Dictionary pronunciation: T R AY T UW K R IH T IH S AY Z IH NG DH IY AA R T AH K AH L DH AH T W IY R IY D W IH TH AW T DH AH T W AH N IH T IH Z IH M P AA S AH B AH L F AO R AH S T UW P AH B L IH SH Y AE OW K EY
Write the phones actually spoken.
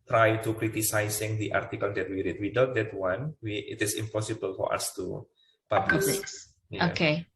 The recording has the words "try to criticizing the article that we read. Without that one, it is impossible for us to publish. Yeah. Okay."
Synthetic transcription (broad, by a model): T R AY T UW K R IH T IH S AY S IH NG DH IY AA R T AH K AH L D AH T W IY R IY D W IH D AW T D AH T W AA N IH T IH S IH M P AA S AH B AH L F AO R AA S T UW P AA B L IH S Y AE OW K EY